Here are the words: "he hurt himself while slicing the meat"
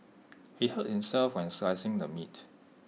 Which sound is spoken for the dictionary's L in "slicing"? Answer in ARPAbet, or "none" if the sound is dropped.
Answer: none